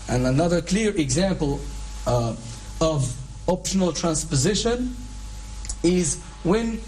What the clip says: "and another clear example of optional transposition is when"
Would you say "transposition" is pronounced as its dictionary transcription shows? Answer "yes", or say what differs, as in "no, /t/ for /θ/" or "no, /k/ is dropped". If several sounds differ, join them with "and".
yes